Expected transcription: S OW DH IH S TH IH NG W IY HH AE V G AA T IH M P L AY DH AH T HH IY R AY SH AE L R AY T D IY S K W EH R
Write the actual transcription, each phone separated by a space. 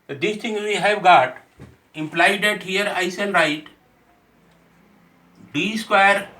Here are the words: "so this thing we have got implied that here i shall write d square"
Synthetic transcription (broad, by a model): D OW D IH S T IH NG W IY HH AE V G AA T IH M P L AY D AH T HH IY R AY S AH N R AY T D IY S K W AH R